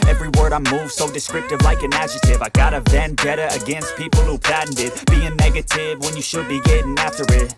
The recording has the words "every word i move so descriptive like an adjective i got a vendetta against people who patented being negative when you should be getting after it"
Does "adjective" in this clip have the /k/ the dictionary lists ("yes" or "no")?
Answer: no